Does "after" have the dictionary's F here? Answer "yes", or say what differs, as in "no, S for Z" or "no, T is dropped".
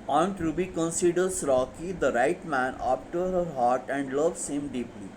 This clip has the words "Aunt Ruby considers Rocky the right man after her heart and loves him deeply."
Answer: no, P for F